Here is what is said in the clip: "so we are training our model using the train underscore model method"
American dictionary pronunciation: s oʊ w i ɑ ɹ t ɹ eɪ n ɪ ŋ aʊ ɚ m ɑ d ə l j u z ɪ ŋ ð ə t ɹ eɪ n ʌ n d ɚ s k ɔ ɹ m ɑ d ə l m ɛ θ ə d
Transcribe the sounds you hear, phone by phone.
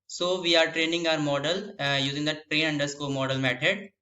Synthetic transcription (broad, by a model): s oʊ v i ɑ ɹ t ɹ eɪ n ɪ ŋ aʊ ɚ m ɑ d ə l j u z ɪ ŋ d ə t ɹ eɪ n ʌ n d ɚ s k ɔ l m ɑ d ə l m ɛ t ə d